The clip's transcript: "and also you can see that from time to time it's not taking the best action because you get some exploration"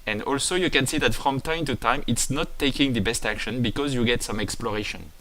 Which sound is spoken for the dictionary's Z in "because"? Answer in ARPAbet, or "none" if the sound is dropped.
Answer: Z